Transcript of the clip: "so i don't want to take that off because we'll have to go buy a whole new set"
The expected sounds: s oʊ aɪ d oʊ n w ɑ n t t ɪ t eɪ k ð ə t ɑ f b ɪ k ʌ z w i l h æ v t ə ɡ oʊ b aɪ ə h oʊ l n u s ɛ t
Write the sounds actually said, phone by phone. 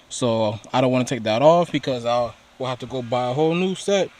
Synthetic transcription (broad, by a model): s oʊ aɪ d oʊ n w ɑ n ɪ t eɪ k ð ə t ɑ f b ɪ k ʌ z w i l h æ f t ə ɡ oʊ b aɪ ə h oʊ l n u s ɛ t